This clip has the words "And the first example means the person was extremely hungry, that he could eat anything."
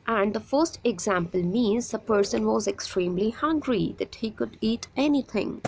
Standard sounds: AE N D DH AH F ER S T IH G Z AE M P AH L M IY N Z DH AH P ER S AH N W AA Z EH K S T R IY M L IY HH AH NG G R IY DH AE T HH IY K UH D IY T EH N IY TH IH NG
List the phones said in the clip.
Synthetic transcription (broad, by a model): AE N D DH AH F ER S T IH G Z AE M P AH L M IY N Z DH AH P ER S AH N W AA Z EH K S T R IY M L IY HH AH NG G R IY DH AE T HH IY K UH D IY T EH N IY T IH NG